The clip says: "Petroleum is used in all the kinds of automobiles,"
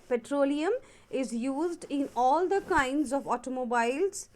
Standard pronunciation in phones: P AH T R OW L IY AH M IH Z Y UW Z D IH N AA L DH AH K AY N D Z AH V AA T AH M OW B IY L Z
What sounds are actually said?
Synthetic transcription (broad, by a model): P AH T R OW L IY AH M IH Z Y UW Z D IH N AA L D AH K AY N D Z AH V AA T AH M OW B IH L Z